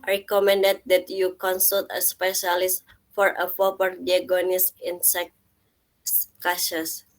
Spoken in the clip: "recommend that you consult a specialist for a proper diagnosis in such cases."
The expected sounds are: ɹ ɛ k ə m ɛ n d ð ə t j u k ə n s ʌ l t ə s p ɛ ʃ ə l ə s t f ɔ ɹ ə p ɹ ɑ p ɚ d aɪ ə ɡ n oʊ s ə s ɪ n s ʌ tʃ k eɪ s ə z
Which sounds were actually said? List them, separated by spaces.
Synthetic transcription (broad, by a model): ɹ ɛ k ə m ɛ n d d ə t j u k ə n s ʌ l t ə s p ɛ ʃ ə l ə s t f ɔ ɹ ə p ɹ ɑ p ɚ d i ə ɡ oʊ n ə s ɪ n s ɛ s k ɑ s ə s